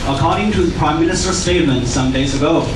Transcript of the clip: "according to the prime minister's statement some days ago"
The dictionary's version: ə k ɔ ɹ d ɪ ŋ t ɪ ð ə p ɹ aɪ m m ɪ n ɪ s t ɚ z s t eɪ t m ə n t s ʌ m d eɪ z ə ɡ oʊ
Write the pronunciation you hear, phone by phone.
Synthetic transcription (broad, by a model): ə k ɔ ɹ d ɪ ŋ t ɪ ð ə p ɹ aɪ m m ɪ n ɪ s t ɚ s t eɪ t m ə n t s ʌ m d eɪ z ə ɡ oʊ